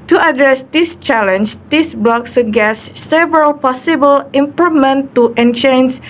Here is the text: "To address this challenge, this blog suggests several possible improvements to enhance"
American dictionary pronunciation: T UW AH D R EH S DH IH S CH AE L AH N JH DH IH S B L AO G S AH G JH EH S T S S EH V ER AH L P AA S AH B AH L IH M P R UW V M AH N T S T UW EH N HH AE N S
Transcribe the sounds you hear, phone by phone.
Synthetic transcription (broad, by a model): T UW AH D R EH S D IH S CH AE L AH N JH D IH S B L AO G S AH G EH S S S EH V ER AH L P AA S AH B AH L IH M P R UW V M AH N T T UW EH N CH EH N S